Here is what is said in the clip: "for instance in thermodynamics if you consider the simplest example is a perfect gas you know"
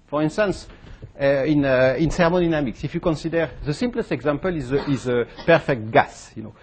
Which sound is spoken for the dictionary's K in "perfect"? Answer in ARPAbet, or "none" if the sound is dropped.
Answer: K